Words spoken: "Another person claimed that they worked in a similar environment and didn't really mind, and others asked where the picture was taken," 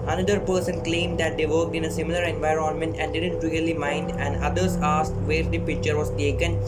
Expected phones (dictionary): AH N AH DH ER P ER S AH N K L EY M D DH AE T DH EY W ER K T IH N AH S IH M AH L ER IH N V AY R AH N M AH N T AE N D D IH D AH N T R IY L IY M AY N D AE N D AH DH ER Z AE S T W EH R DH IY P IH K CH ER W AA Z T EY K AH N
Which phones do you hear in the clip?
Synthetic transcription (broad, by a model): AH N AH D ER P ER S AH N K L EY M D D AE T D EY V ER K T IH N AH S IH M AH L ER IH N V AY R AH N M AH N T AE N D D IH D AH N T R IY L IY M AY N D AE N D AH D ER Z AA S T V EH R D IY P IH K CH ER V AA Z T EY K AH N